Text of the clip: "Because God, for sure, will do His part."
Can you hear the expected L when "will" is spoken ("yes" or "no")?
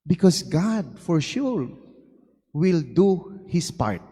yes